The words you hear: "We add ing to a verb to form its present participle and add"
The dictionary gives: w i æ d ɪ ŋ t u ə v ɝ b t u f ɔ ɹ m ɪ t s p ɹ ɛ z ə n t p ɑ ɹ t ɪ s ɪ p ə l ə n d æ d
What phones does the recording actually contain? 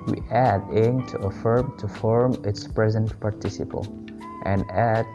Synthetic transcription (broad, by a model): w i æ d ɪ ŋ t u ə f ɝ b t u f ɔ ɹ m ɪ t s p ɹ ɛ z ə n t p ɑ ɹ t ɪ s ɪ p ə l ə n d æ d